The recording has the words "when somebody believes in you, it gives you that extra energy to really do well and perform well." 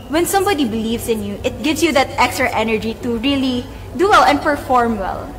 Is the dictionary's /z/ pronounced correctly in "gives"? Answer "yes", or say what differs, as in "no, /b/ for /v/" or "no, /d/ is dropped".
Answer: no, /s/ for /z/